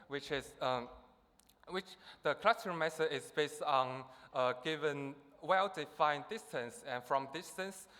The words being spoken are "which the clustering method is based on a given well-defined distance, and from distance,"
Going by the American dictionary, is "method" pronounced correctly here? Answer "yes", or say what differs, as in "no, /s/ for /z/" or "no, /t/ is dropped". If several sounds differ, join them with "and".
no, /s/ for /θ/